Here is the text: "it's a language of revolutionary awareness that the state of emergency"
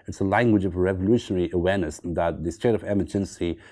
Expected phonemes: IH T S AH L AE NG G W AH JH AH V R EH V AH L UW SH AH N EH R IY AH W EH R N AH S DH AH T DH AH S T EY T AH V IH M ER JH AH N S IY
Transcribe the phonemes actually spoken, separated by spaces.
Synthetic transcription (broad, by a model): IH T S AH L AE NG G W AH JH AH V R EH V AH L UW SH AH N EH R IY AH W EH R N AH S DH AH T DH AH S T EY T AH V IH M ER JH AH N S IY